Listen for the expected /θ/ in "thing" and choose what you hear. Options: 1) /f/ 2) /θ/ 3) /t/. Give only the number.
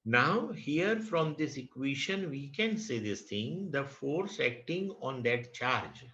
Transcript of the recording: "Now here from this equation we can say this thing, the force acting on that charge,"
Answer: 3